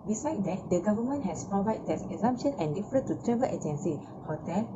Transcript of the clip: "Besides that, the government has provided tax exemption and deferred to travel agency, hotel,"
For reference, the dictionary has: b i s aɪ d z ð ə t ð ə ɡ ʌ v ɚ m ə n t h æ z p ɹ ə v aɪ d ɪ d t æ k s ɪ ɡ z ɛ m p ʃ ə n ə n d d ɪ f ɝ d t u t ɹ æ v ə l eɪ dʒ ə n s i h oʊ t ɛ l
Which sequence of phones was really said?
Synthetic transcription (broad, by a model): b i s aɪ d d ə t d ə ɡ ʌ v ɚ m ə n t h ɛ s p ɹ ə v aɪ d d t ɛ s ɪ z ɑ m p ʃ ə n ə n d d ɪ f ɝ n t u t ɹ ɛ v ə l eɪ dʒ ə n s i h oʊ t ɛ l